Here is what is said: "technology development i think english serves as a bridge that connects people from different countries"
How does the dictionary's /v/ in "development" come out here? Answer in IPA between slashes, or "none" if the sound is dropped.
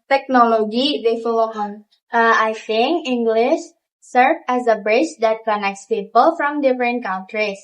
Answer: /f/